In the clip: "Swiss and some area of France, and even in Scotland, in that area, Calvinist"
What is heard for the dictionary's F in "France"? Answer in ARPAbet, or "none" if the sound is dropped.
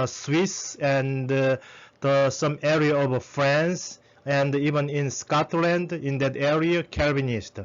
F